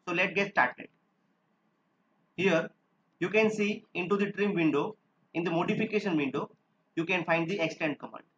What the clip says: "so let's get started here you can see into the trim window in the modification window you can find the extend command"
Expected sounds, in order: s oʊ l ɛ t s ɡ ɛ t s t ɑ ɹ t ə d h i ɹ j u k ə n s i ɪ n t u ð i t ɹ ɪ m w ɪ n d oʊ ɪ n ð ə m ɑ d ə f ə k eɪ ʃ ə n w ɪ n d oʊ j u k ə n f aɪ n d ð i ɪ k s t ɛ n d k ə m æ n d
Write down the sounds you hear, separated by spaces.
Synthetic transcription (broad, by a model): s oʊ l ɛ t ɡ ɛ t s t ɑ ɹ t ə d h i ɹ j u k ə n s i ɪ n t u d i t ɹ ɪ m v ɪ n d oʊ ɪ n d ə m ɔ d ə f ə k eɪ ʃ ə n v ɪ n d oʊ j u k ə n f aɪ n d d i ɪ k s t ɛ n d k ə m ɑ n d